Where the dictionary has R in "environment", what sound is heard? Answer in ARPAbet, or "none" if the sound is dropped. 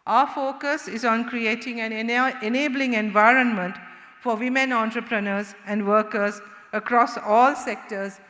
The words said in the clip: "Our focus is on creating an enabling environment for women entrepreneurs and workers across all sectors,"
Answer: R